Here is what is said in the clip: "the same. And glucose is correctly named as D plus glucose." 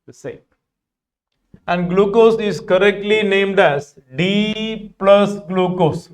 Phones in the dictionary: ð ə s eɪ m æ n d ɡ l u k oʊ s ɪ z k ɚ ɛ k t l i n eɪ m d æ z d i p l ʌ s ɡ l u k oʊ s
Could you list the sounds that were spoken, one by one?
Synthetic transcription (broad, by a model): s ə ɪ æ n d ɡ l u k oʊ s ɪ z k ɚ ɛ k t l i n eɪ m d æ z d i p l ʌ s ɡ l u k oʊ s